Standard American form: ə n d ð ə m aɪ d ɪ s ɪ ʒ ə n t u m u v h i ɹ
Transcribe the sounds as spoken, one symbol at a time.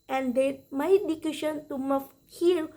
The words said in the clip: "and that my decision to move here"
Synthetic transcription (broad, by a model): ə n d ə m aɪ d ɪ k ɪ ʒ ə n t u m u f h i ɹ